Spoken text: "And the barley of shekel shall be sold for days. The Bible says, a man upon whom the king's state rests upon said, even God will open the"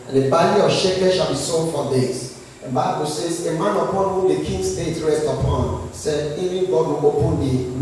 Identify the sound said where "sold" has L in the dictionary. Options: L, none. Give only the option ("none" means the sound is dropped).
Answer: none